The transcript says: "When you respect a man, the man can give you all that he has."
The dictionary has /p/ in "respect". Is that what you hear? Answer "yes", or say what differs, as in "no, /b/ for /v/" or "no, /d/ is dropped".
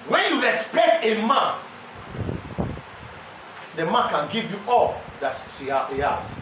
yes